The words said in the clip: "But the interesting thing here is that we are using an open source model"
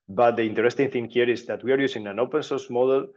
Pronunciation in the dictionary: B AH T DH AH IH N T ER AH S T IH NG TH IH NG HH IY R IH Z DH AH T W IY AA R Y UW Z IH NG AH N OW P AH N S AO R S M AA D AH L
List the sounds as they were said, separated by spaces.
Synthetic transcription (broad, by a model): B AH T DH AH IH N T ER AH S T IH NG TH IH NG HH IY R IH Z DH AH T W IY AA R Y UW S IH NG AH N OW P AH N S AO R S M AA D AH L